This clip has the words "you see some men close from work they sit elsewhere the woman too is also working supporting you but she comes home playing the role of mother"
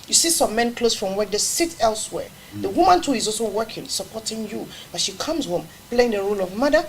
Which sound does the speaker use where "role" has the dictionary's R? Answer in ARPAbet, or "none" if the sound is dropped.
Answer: R